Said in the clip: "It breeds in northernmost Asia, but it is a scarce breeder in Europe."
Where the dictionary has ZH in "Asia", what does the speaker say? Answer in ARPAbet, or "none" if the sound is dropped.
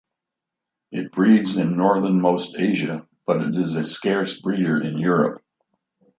ZH